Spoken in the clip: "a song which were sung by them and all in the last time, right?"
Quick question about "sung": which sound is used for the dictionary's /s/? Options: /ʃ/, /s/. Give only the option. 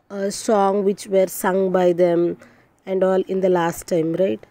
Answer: /s/